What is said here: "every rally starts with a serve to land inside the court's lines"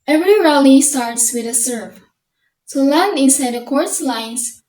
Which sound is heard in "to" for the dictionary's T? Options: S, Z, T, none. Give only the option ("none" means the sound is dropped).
S